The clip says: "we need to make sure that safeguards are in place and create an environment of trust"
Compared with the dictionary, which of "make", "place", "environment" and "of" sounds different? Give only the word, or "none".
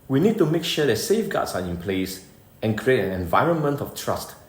of